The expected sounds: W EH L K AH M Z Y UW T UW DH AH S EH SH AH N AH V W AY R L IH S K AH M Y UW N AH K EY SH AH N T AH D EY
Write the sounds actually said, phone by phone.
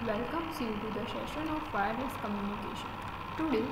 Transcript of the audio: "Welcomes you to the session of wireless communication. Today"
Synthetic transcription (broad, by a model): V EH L K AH M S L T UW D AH SH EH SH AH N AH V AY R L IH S K AH M Y UW N AH K EY SH AH N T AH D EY